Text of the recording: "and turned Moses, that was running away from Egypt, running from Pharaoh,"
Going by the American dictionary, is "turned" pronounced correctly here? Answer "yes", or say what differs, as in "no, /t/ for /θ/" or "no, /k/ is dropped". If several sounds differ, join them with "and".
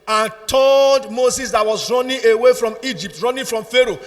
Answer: no, /l/ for /n/